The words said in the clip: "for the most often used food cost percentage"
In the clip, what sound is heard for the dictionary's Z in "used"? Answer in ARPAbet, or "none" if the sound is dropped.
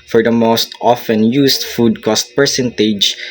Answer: S